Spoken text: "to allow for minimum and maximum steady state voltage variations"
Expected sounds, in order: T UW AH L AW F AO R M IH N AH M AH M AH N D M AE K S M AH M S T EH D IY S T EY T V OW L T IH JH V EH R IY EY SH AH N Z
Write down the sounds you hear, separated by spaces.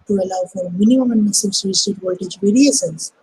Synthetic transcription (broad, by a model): T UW AH L AW F AO R M IH N AH M AH M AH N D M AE S AH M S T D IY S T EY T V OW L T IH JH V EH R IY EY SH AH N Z